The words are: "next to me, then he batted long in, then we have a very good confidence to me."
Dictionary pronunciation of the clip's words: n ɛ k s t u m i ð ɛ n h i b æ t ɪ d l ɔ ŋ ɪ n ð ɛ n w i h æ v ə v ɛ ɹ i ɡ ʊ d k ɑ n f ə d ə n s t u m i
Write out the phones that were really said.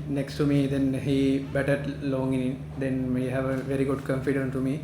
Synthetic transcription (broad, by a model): n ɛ k s t u m i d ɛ n h i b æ t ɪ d l ɔ ŋ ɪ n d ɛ n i h æ v ə v ɛ ɹ i ɡ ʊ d k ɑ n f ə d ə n t u m i